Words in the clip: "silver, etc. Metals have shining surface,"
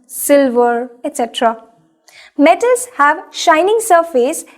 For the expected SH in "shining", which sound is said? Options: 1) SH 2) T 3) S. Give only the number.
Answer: 1